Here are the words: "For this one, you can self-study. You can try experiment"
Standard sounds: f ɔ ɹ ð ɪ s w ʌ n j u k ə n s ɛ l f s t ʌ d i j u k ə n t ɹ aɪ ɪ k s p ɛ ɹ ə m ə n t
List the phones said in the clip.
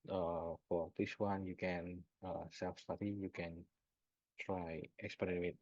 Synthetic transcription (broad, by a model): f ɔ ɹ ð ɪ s w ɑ n j u k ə n s ɛ l f s t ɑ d i j u k ə n t ɹ aɪ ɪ k s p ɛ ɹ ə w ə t